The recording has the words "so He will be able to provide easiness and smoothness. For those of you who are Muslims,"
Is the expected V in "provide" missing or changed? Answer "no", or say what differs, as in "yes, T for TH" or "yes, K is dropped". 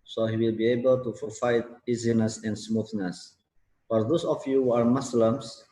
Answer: yes, F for V